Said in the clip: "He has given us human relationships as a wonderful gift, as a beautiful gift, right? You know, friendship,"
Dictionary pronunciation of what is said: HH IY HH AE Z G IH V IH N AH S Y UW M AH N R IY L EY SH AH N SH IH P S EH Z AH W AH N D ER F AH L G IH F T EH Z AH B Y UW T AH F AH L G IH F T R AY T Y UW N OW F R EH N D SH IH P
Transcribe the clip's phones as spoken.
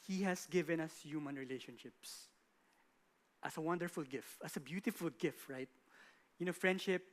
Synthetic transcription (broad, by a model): HH IY HH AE S G IH V IH N AH S Y UW M AH N R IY L EY SH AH N SH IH P S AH S AH W AH N D ER F AH L G IH F T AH S AH B Y UW T AH F AH L G IH F T R AY T Y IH N OW F R EH N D SH IH P